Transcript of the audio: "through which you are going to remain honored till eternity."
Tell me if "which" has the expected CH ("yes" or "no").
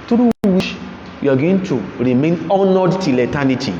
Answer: no